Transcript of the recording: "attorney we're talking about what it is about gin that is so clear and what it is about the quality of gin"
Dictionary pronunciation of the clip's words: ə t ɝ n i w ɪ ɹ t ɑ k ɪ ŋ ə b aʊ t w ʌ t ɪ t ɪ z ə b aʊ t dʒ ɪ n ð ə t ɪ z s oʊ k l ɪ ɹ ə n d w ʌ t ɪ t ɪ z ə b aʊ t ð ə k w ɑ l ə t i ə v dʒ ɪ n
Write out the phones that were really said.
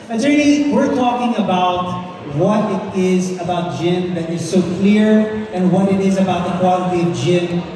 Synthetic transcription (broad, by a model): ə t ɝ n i w ɪ ɹ t ɑ k ɪ ŋ ə b aʊ t w ʌ t ɪ t ɪ z ə b aʊ t dʒ ɪ n ð ə t ɪ z s oʊ k l ɪ ɹ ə n w ʌ t ɪ t ɪ z ə b aʊ t ð ə k w ɑ l ə t i ə v dʒ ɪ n